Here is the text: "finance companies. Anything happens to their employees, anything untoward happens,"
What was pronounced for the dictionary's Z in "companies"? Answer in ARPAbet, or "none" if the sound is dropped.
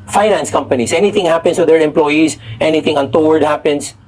S